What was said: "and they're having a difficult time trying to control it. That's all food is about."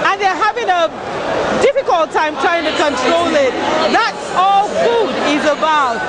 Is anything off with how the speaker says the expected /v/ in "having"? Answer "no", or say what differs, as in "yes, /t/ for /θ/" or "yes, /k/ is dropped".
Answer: no